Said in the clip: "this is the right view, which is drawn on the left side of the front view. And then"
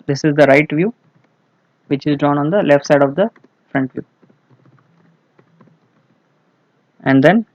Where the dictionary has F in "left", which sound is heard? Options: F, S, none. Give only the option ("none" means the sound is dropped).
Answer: F